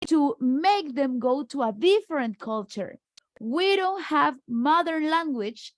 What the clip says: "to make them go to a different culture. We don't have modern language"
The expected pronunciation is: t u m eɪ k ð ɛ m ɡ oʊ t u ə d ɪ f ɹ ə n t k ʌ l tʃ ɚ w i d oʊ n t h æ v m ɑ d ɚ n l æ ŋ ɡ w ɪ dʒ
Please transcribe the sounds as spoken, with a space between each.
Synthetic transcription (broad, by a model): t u m eɪ k ð ɛ m ɡ oʊ t u ə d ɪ f ɹ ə n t k ʌ l tʃ ɚ w i d oʊ n t h æ v m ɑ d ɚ n l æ ŋ ɡ w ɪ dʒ